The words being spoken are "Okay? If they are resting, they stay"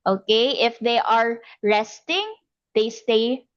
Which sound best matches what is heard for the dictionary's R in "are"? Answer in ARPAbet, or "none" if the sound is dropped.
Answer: R